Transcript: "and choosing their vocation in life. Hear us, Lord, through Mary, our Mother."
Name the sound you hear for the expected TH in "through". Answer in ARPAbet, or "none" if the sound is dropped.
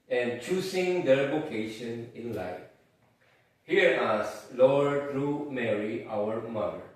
T